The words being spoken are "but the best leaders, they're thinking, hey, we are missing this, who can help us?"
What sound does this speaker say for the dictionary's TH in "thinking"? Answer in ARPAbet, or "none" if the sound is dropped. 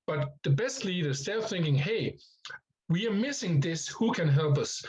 TH